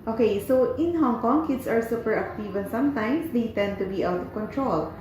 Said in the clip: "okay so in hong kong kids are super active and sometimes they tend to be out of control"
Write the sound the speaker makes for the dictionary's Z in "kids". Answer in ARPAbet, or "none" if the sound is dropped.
S